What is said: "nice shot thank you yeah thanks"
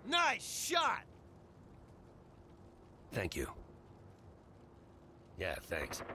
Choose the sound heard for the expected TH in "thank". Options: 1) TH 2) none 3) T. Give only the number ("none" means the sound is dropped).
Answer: 1